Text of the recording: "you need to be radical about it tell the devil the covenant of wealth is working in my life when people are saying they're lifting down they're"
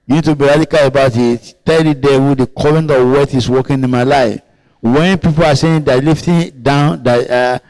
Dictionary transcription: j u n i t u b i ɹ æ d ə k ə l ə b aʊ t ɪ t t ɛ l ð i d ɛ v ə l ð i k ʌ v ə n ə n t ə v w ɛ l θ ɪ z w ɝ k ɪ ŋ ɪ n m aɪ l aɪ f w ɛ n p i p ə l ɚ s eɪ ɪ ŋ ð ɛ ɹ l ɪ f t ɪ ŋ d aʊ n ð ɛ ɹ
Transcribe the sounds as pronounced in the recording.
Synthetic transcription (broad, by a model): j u n i t u b i ɹ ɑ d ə k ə l ə b aʊ t ɪ t t ɛ l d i d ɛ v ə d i k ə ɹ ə n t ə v w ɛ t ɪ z w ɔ k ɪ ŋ ɪ n m aɪ l aɪ f w ɛ n p i p ə l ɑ s eɪ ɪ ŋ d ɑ l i f t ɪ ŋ d aʊ n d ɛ